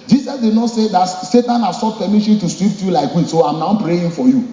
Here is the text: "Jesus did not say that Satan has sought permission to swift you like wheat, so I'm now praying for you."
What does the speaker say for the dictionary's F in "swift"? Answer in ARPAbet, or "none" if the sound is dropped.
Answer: P